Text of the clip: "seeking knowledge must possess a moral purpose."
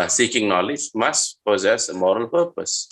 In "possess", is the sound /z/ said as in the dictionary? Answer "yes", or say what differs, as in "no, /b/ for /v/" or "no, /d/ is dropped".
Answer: yes